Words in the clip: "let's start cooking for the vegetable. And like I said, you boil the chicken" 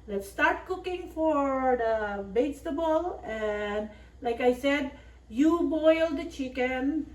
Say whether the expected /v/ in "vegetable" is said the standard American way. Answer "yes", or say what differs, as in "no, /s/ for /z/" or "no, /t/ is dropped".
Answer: no, /b/ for /v/